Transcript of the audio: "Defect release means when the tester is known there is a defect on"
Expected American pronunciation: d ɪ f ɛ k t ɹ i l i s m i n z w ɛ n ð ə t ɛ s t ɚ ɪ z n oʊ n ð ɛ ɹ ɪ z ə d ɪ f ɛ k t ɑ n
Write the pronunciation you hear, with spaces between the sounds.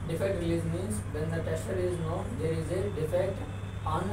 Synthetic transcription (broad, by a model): d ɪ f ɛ k t ɹ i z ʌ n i z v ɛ n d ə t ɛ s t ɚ ɪ z n oʊ n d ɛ ɹ ɪ z ə d ɪ f ɛ k t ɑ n